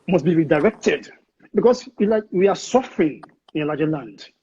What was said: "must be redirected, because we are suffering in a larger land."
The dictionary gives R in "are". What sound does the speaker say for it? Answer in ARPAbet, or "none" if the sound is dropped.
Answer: W